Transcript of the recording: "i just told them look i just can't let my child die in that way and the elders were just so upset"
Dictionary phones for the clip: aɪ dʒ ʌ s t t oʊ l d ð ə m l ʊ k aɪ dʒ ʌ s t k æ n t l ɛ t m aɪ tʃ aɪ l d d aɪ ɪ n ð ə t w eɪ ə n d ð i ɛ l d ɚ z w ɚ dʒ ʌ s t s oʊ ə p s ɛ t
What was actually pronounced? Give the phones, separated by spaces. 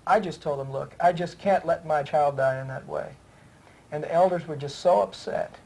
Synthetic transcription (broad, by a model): aɪ dʒ ʌ s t t oʊ l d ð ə m l ʊ k aɪ dʒ ʌ s k æ n t l ɛ t m aɪ tʃ aɪ l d d aɪ ɪ n ð ə t w eɪ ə n ð i ɛ l d ɚ z w ɚ dʒ ʌ s t s oʊ ə p s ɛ t